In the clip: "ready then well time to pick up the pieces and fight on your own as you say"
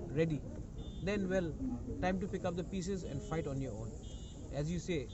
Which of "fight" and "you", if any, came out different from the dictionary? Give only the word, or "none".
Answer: none